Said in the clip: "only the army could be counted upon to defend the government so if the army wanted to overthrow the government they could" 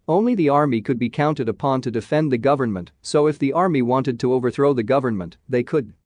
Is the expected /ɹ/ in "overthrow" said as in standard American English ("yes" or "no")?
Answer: yes